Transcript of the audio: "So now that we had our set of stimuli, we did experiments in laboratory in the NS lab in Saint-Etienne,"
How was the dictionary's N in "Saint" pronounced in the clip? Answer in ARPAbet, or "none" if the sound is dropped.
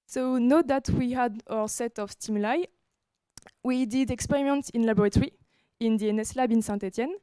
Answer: none